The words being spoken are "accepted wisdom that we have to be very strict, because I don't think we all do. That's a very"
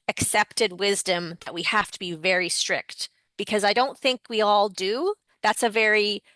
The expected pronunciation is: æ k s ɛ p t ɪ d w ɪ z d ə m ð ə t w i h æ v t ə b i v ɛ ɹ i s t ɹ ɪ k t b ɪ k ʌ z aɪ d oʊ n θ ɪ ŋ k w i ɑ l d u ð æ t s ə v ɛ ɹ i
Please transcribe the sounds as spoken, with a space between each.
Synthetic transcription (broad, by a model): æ k s ɛ p t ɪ d w ɪ z d ə m ð ə t w i h æ f t ə b i v ɛ ɹ i s t ɹ ɪ k t b ɪ k ʌ z aɪ d oʊ n θ ɪ ŋ k w i ɑ l d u ð æ t s ə v ɛ ɹ i